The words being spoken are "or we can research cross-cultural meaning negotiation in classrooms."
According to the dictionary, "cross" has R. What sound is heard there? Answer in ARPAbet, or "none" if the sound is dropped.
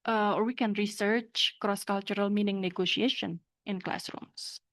R